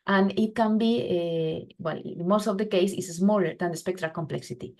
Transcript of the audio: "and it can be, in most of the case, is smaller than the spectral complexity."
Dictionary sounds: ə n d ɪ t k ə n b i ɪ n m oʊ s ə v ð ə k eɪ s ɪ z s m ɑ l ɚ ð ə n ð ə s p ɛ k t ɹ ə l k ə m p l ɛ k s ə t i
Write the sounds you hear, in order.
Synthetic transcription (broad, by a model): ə n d ɪ t k ə n b i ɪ l m oʊ s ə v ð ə k eɪ s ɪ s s m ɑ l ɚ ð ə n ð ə s p ɛ k t ɹ ə l k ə m p l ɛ k s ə t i